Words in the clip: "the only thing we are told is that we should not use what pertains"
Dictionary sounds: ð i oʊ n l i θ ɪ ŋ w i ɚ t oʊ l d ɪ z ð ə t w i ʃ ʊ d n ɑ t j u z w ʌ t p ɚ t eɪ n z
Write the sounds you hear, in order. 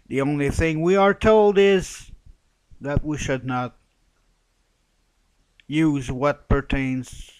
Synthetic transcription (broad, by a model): ð i oʊ n l i θ ɪ ŋ w i ɚ t oʊ l d ɪ z ð ə t w i ʃ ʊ d n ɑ t j u z w ʌ t p ɚ t eɪ n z